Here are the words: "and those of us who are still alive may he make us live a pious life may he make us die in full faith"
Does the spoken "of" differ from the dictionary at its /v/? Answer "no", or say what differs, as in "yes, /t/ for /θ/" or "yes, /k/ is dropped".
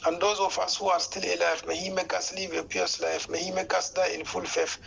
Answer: yes, /f/ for /v/